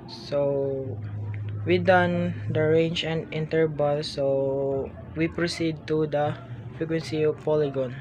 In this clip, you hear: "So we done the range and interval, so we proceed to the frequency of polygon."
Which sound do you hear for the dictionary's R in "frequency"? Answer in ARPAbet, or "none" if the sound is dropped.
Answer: R